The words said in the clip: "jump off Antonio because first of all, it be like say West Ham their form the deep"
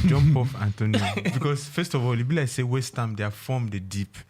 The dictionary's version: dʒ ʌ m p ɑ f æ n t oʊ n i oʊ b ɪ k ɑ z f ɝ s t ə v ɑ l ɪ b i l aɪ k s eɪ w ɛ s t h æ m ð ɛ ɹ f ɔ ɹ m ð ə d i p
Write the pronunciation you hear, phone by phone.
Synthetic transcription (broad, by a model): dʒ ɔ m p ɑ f æ n t oʊ n i oʊ b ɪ k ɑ s f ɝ s t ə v ɑ l ɪ b i l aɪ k s eɪ w ɛ s t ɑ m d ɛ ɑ f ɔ m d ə d i p